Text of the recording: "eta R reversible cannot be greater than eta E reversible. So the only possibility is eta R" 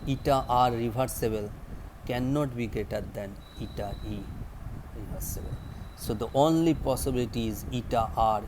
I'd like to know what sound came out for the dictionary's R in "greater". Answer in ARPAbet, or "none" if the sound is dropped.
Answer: none